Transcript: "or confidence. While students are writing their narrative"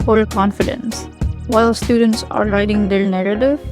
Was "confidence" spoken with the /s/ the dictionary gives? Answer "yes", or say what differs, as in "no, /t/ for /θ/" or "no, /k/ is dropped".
yes